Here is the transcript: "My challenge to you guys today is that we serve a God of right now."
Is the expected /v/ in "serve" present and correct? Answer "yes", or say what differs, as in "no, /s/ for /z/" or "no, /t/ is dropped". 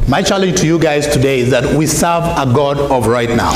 yes